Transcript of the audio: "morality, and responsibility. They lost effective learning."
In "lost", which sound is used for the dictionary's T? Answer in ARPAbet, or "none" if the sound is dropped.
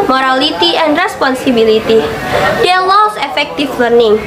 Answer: none